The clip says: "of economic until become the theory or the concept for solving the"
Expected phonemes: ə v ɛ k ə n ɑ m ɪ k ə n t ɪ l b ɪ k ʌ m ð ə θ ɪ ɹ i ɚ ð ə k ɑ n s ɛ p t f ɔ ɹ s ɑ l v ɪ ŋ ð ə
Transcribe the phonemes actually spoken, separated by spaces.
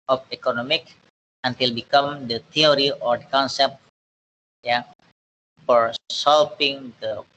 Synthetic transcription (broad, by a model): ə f ɛ k ə n ɑ m ɪ k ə n t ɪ l b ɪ k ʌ m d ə t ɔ ɹ i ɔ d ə k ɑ n s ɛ p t f ɔ ɹ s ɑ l p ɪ ŋ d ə